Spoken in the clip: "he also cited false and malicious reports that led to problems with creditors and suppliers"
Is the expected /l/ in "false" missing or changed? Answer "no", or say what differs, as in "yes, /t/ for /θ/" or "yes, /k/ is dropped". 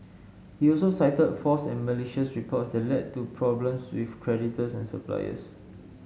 yes, /l/ is dropped